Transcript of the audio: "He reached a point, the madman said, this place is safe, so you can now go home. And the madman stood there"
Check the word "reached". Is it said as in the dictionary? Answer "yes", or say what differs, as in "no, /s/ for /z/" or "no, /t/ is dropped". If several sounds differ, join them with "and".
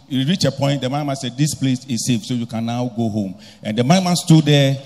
no, /t/ is dropped